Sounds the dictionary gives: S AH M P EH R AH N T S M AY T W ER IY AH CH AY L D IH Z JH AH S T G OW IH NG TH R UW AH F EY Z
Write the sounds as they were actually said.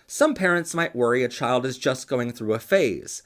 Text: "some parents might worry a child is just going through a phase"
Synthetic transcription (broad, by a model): S AH M P EH R AH N T S M AY T W ER IY AH CH AY L D IH Z JH AH S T G OW IH NG TH R UW AH F EY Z